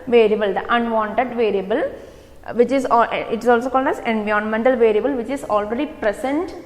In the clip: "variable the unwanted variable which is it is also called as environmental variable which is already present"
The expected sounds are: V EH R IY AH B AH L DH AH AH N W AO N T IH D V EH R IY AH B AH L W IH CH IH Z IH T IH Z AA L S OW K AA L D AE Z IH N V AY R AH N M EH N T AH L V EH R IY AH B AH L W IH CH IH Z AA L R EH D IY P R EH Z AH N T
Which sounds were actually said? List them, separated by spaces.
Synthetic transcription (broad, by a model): V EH R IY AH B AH L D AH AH N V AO N T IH D V EH R IY AH B AH L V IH CH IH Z IH T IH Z AA L S OW K AA L D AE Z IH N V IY AH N M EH N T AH L V EH R IY AH B AH L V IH CH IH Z AA L R EH D IY P R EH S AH N T